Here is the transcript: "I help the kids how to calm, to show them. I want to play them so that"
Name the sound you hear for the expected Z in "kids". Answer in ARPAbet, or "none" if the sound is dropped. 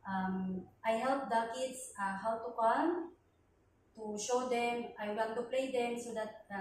S